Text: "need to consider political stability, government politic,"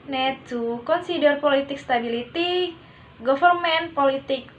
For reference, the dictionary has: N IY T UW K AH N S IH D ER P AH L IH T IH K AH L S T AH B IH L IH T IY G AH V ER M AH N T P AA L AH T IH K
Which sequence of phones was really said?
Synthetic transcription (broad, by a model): N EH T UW K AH N S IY D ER P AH L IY T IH K S T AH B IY L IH T IY G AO F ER M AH N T P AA L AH T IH K